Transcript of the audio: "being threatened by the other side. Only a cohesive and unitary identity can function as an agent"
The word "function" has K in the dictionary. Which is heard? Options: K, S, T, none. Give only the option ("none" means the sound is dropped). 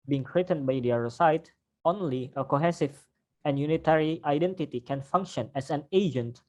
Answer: K